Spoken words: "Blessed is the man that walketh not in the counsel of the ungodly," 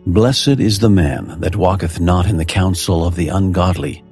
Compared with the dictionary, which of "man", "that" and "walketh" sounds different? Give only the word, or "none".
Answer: none